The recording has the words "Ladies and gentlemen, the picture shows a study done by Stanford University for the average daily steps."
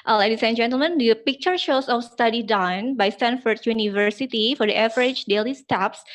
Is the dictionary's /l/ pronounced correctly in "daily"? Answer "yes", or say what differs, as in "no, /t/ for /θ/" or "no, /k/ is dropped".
yes